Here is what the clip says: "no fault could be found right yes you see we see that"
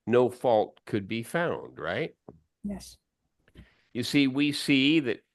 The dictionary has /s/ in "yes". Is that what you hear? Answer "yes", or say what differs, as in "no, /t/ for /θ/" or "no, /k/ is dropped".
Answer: yes